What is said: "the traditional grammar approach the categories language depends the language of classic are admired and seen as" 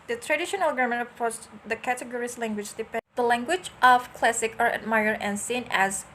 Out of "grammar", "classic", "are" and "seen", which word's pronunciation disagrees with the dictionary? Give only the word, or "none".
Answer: grammar